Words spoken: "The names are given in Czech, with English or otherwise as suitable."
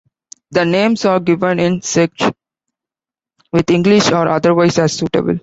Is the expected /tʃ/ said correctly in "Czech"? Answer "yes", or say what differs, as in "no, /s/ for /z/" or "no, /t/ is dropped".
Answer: no, /s/ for /tʃ/